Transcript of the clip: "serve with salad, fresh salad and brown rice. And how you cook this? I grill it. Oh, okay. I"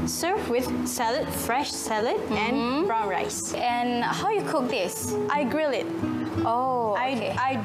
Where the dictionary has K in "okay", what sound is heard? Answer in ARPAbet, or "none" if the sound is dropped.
none